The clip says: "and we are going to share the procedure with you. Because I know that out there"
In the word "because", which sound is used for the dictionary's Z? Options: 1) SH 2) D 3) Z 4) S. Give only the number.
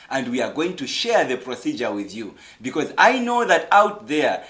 3